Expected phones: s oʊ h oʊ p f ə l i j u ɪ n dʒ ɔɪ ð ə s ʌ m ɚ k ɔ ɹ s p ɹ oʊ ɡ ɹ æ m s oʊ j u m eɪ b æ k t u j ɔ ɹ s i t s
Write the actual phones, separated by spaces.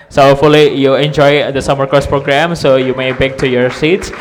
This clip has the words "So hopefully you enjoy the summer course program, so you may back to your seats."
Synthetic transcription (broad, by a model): s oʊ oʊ f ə l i j u ɪ n dʒ ɔɪ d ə s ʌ m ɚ k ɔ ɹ s p ɹ oʊ ɡ ɹ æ m s oʊ j u m eɪ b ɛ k t u j ɔ ɹ s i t s